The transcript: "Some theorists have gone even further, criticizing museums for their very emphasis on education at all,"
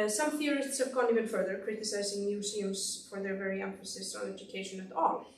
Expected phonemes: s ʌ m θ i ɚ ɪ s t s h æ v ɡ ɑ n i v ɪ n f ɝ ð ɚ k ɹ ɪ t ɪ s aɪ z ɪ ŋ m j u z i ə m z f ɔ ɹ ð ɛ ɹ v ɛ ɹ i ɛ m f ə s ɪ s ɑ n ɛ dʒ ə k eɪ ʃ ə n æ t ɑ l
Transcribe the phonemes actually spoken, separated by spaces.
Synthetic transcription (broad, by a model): s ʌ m θ i ɚ ɪ s t s h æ v ɡ ɑ n i v ɪ n f ɝ ð ɚ k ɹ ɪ t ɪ s aɪ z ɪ ŋ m j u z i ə m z f ɔ ɹ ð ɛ ɹ v ɛ ɹ i ɛ m f ə s ɪ s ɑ l ɛ dʒ ə k eɪ ʃ ə n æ t ɑ l